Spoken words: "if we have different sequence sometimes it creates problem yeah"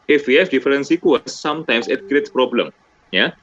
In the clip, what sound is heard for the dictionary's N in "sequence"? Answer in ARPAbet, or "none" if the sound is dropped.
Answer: none